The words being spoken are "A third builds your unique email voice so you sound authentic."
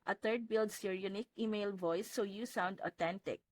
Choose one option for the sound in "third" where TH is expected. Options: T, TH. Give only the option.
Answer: T